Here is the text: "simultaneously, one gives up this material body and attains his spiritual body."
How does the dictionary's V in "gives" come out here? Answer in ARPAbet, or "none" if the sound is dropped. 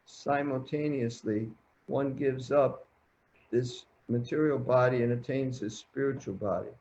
V